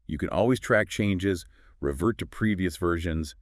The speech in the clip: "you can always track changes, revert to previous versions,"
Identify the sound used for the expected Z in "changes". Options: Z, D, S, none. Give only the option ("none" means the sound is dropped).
Z